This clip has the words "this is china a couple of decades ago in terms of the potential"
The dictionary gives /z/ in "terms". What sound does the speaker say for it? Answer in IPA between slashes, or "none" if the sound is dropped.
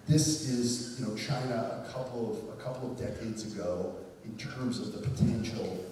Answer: /z/